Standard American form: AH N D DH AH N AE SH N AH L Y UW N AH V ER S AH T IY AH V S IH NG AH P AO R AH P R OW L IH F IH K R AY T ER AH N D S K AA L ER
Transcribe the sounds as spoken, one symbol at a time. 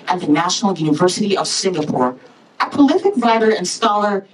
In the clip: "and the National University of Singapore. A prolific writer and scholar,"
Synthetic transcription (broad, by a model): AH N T DH AH N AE SH N L Y UW N AH V ER S AH T IY AH V S IH NG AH P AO R AH P OW L IH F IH K R AY T ER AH N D S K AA L ER